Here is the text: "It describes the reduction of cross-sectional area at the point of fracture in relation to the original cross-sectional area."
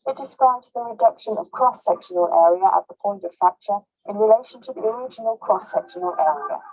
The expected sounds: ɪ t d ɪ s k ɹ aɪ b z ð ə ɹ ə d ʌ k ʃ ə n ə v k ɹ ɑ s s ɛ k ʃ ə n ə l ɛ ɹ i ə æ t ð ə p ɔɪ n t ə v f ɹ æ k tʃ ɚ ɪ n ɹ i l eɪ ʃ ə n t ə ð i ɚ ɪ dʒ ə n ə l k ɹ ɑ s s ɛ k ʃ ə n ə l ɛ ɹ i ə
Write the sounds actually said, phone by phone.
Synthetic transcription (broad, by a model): ɪ t d ɪ s k ɹ aɪ b z ð ə ɹ ə d ʌ k ʃ ə n ə v k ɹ ɑ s s ɛ k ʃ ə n ə l ɛ ɹ i ə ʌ t ð ə p ɔɪ n t ə v f æ k tʃ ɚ ɪ n ɹ i l eɪ ʃ ə n t ə ð i ɚ ɪ dʒ ə n ə l k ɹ ɑ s s ɛ k ʃ ə n ə l ɛ ɹ i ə